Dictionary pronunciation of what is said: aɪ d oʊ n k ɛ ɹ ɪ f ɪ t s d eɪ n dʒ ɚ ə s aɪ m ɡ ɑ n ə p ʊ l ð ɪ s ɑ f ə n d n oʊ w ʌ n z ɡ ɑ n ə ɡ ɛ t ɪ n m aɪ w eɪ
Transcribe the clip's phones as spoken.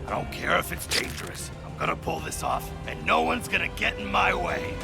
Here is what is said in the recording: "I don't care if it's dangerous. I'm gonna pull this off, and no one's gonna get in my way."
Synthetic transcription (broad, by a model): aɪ d oʊ n k ɛ ɹ ɪ f ɪ t s d eɪ n dʒ ɚ ə s aɪ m ɡ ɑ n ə p ʊ l ð ɪ s ɑ f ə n n oʊ w ʌ n z ɡ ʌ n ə ɡ ɛ t n m aɪ w eɪ